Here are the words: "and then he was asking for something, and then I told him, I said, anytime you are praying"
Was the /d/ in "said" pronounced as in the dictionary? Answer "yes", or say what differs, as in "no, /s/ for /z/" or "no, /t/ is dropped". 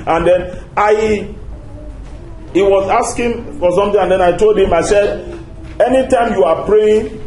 yes